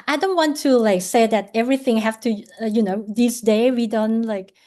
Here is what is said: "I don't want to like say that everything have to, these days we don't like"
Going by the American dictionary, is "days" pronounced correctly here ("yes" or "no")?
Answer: no